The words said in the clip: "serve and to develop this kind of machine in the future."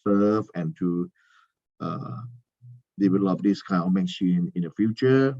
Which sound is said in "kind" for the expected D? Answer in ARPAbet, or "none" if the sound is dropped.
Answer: none